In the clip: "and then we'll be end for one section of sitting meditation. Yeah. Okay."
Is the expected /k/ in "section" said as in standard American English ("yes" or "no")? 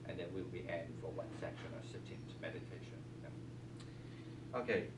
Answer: yes